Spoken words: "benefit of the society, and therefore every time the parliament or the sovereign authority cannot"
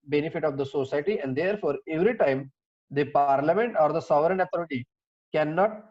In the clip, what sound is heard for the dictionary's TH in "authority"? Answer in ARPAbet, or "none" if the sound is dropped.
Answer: T